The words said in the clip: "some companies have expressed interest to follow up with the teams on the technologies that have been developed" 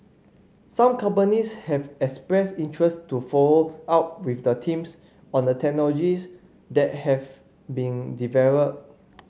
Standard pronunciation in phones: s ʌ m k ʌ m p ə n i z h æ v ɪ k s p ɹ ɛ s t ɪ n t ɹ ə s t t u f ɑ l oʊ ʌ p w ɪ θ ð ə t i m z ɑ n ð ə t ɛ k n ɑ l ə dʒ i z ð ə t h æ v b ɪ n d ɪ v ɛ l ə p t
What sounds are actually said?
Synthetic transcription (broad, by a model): s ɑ m k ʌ m p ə n i s h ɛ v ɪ k s p ɹ ɛ s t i n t ɹ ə s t t u f ɑ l oʊ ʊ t w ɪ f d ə t i m s ɑ n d ə t ɛ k n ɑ l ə dʒ i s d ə t h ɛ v b ɪ n d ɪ v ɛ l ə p